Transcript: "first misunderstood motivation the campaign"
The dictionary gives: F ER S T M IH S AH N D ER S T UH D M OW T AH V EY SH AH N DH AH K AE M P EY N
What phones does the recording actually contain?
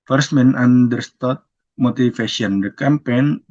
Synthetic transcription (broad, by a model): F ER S M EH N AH N D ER S T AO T M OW T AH F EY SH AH N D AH K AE M P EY N